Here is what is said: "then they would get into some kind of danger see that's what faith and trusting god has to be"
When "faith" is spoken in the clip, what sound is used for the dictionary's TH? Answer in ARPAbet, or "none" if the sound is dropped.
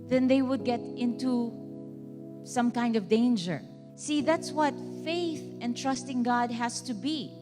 TH